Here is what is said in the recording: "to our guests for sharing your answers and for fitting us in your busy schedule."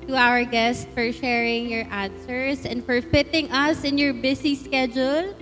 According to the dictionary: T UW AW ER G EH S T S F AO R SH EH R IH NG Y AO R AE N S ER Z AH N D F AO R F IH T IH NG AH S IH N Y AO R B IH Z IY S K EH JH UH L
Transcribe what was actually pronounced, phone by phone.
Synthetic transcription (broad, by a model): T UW AW ER G EH S T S F AO R SH EH R IH NG Y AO R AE N S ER S AH N D F AO R F IH T IH NG AH S IH N Y AO R B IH S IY S K EH JH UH L